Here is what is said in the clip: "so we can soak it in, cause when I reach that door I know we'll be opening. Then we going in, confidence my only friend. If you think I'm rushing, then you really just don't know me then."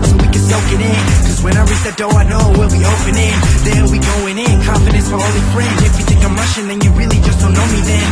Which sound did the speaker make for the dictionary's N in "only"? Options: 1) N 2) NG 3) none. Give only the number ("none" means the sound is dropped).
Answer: 3